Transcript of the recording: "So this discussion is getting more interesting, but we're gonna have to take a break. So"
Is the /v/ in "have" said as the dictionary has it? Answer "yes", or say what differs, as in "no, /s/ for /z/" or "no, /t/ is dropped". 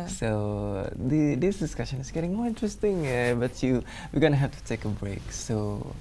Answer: no, /f/ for /v/